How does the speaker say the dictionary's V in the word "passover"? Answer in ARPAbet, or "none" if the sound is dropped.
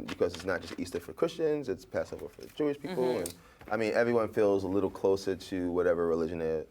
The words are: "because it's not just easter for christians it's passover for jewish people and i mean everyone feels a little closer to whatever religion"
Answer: B